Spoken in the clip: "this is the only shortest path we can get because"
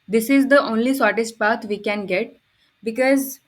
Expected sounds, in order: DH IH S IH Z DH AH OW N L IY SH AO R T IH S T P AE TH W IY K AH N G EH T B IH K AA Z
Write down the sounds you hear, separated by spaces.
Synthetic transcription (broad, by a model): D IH S IH Z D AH OW N L IY S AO R T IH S T P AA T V IY K AH N G EH T B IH K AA Z